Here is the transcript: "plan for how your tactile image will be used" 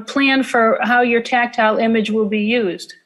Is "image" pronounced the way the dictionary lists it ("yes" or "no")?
yes